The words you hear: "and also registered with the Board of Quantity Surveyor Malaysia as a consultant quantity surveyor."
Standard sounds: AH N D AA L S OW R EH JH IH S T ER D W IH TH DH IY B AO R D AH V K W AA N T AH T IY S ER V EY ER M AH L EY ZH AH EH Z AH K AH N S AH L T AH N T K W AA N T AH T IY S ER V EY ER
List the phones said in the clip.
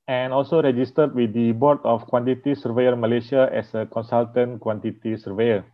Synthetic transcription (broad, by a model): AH N AA L S OW R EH JH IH S T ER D W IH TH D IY B AO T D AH F K W AA N T AH T IY S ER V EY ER M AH L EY SH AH EH S AH K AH N S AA L T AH N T K W AA N T AH T IY S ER V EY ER